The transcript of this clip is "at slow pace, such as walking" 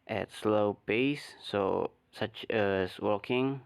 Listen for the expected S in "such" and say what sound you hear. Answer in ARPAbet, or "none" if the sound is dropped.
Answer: S